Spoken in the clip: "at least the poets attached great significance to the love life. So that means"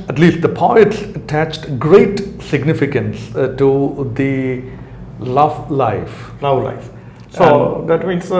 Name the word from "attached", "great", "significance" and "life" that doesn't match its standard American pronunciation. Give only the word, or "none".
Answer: none